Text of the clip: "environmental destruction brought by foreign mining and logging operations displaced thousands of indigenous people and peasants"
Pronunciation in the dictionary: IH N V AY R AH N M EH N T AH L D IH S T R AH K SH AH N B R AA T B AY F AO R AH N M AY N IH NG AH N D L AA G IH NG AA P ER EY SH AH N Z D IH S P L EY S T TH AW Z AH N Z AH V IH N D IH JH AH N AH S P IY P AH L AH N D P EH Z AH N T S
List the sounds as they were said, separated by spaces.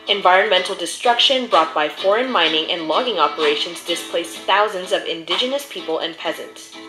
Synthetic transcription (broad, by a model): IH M V AY R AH N M EH N T L D IH S T R AH K SH AH N B R AA T B AY F AO R AH N M AY N IH NG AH N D L AA G IH NG AA P ER EY SH AH N Z D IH S P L EY S TH AW Z AH N Z AH V IH N D IH JH AH N AH S P IY P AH L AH N P EH Z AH N T S